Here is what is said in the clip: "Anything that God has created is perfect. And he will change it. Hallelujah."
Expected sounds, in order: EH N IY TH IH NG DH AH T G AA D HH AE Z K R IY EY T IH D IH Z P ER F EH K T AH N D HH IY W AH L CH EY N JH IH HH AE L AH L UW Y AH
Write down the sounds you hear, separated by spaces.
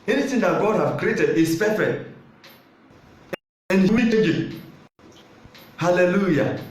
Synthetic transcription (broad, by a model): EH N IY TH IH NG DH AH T G AA D HH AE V K R IY EY T IH D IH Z P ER F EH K T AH N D HH IY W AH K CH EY JH IH HH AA L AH L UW Y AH